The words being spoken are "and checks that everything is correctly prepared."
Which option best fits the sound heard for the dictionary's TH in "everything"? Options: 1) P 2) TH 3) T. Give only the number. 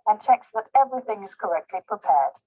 2